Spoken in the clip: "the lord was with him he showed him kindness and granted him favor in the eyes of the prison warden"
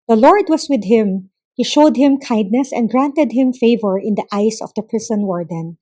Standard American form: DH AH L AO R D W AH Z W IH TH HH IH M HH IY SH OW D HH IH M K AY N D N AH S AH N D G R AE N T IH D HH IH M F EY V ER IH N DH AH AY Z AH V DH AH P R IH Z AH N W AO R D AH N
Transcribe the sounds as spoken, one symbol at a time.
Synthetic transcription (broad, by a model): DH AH L AO R D W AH S W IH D HH IH M HH IY SH OW D HH IH M K AY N D N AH S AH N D G R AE N T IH D HH IH M F EY V ER IH N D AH AY S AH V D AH P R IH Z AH N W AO R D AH N